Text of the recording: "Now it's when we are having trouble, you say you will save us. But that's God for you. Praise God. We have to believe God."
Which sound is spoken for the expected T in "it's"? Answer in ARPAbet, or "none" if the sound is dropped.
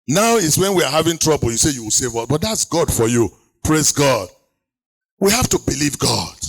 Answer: T